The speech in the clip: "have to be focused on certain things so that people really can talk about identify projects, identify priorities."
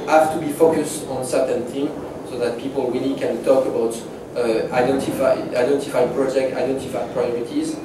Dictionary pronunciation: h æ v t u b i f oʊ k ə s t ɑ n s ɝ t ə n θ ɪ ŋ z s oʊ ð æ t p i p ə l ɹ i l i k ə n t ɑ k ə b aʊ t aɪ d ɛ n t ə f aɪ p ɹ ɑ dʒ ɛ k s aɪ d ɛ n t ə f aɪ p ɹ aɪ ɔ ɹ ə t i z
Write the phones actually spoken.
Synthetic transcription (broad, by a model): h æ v t u b i f oʊ k ə s t ɑ n s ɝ t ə n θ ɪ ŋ s oʊ ð æ t p i p ə l w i l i k ə n t ɑ k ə b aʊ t aɪ d ɛ n t ə f aɪ p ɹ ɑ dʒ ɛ k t aɪ d ɛ n t ə f aɪ p ɹ aɪ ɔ ɹ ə t i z